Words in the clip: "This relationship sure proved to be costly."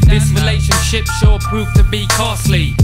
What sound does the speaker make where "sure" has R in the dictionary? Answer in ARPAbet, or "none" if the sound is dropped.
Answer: L